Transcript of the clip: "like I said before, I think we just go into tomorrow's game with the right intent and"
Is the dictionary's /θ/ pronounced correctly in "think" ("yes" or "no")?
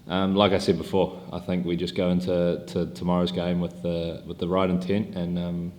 yes